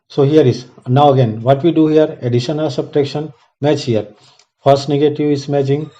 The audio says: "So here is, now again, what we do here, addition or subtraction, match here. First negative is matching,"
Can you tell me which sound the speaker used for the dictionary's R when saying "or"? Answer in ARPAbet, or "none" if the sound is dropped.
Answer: L